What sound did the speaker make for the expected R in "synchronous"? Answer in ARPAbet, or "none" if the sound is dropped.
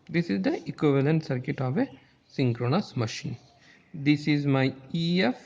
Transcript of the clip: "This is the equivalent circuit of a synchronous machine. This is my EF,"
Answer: R